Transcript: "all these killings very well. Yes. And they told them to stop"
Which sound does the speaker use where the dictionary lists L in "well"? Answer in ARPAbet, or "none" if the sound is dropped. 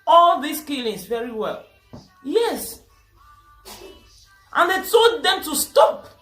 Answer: L